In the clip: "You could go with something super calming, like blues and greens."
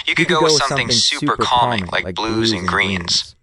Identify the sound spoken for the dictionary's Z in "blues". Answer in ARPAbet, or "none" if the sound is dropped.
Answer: Z